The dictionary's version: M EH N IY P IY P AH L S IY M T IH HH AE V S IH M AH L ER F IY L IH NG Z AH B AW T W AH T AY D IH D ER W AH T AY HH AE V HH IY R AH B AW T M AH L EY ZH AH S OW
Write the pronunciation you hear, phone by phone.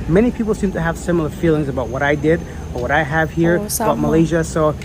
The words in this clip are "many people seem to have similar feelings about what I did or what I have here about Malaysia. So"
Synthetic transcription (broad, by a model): M EH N IY P IY P L S IY M T IH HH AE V S IH M L ER F IY L IH NG Z AH B AW T W AH T AY D IH D ER W AH T AY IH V HH IY R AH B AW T M AH L EY ZH AH S OW